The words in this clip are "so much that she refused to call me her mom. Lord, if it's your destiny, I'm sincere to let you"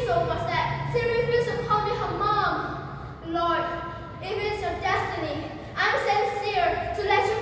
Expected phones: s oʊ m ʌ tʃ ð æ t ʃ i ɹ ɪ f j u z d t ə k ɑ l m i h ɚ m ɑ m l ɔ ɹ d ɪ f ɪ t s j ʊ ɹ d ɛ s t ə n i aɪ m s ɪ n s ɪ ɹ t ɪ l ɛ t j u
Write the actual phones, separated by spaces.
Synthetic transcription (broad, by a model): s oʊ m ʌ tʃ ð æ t s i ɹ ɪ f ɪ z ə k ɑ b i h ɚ m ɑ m l ɔ ɹ d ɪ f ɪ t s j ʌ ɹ d ɛ s t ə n i aɪ m s ɪ n s ɪ ɹ t ɪ l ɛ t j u